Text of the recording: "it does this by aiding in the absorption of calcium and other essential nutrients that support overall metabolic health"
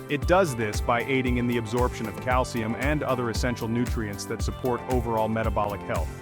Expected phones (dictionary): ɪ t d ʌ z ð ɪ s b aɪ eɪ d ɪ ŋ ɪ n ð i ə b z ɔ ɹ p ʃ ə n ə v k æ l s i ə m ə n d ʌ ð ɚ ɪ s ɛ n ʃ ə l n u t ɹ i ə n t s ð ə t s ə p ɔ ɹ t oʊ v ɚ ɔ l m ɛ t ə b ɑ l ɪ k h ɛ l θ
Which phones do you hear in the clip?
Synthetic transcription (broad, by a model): ɪ t d ʌ z ð ɪ s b aɪ eɪ d ɪ ŋ ɪ n ð i ə b z ɔ ɹ p ʃ ə n ə v k æ l s i ə m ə n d ʌ ð ɚ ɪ s ɛ n ʃ l n u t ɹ i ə n t s ð ə t s ə p ɔ ɹ t oʊ v ɚ ɔ l m ɛ t ə b ɑ l ɪ k h ɛ l θ